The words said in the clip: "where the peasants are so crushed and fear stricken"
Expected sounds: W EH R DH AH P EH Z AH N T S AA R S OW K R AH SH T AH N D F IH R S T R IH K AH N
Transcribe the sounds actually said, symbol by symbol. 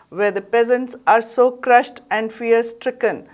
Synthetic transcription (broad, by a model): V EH R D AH P EH Z AH N T S AA R S OW K R AH SH T AH N D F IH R S T R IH K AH N